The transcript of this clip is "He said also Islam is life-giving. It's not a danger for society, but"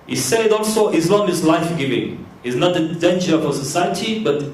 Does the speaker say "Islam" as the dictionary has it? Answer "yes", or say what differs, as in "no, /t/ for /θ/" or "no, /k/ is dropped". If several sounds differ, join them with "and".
no, /n/ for /l/